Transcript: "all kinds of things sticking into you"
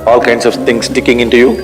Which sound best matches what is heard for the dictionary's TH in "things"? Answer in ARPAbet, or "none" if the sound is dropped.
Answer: T